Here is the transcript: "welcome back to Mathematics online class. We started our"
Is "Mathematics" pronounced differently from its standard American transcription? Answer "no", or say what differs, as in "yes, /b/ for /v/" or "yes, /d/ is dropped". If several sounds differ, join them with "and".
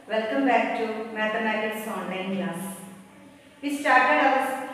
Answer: yes, /t/ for /θ/